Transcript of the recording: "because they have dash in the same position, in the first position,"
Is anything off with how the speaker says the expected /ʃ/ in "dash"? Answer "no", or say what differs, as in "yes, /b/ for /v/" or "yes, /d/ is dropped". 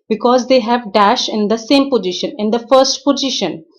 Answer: no